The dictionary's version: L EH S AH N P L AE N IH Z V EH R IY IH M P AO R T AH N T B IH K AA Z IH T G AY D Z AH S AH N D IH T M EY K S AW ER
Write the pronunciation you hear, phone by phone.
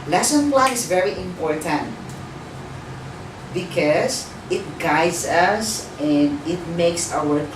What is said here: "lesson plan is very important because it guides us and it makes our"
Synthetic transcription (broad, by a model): L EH S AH N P L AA IH S V EH R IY IH M P AO R T AH N T B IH K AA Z IH T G AY D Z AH S AH N D IH T M EY K S AW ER